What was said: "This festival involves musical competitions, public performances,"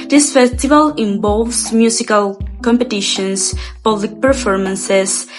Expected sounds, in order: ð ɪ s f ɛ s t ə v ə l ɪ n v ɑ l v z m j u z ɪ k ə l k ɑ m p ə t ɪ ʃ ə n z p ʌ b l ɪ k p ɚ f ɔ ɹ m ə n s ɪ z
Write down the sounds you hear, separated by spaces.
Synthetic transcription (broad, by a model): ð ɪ s f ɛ s t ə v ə l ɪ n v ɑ l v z m j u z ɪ k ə l k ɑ m p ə t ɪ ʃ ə n s p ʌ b l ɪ k p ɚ f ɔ ɹ m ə n s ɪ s